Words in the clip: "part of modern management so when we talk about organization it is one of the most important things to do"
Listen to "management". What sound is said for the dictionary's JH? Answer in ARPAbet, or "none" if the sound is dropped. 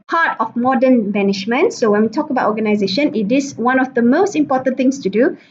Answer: SH